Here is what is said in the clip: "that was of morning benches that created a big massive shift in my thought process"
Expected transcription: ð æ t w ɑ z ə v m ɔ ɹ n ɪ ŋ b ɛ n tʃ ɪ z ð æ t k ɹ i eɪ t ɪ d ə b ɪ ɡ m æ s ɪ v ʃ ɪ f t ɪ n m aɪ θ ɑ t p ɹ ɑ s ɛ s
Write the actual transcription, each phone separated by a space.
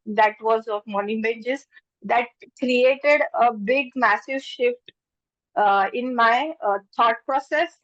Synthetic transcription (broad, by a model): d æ t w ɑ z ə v m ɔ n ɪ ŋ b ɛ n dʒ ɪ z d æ t k ɹ i eɪ t ɪ d ə b ɪ ɡ m æ s ɪ v ʃ ɪ f t ɪ n m aɪ t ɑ t p ɹ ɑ s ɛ s